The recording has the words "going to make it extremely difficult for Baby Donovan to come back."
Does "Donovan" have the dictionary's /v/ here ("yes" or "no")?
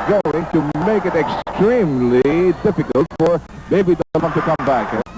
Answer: no